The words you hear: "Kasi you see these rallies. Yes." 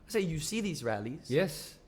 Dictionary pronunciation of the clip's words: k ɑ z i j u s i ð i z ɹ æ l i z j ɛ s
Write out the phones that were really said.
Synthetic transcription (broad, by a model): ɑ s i j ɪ s i ð i z ɹ æ l i z j ɛ s